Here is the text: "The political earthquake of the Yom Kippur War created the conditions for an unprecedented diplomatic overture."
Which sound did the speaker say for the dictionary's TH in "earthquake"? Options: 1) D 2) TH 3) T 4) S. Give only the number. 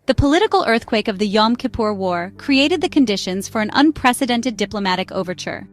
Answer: 2